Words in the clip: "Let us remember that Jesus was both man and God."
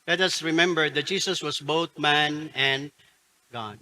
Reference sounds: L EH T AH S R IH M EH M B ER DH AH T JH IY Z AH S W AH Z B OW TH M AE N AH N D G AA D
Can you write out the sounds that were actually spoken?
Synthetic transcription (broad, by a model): L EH T AH S R IH M EH M B ER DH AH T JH IY S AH S W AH S B OW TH M AE N AH N D G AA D